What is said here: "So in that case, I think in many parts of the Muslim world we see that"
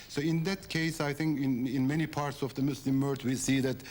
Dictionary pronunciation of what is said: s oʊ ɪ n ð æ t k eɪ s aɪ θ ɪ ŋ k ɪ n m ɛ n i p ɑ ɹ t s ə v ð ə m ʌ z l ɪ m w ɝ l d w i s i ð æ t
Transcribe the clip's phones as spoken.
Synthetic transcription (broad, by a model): s oʊ ɪ n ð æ t k eɪ s aɪ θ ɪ ŋ k ɪ n m ɛ n i p ɑ ɹ t s ə v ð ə m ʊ s l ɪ m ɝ d w i s i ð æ t